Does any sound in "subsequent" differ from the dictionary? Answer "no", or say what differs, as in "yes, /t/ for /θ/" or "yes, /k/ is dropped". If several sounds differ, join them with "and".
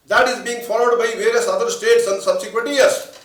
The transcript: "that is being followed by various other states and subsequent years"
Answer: no